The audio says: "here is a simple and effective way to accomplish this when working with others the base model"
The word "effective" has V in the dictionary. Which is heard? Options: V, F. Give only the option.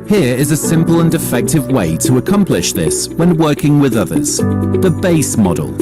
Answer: V